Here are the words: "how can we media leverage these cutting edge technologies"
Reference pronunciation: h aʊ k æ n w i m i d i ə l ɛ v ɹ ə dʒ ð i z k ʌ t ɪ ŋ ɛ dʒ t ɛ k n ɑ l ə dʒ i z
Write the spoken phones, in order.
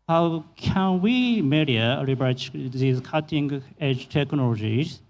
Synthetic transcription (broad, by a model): h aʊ k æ n w i m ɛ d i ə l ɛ b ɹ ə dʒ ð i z k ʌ t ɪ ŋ ɛ dʒ t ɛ k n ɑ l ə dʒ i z